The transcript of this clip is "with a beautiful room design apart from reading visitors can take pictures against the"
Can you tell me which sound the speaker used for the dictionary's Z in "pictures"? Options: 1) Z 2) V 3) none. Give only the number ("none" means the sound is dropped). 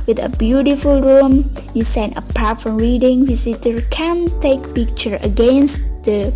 3